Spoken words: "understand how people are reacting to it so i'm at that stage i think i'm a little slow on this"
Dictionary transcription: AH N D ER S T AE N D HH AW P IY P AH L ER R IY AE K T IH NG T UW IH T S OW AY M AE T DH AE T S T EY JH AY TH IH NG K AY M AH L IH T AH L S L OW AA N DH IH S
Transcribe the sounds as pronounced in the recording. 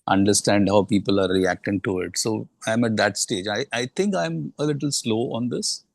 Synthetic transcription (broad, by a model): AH N D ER S T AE N D HH AW P IY P AH L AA R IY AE K T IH NG T UW IH T S OW AY M AE T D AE T S T EY JH AY T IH NG K AY M AH L IH T AH L S L OW AA N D IH S